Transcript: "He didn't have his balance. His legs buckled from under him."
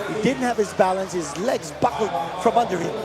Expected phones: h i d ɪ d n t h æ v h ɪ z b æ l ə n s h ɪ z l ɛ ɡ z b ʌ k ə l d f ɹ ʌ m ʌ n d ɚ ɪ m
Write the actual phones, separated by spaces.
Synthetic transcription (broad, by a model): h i d ɪ d n t h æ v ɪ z b æ l ə n s h ɪ z l ɛ ɡ z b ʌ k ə l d f ɹ ʌ m ʌ n d ɚ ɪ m